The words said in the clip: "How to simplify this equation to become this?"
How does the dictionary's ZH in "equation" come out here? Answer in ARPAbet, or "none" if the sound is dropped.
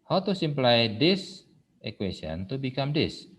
S